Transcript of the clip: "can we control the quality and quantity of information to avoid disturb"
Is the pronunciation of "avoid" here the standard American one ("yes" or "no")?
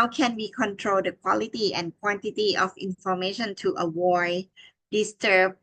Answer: no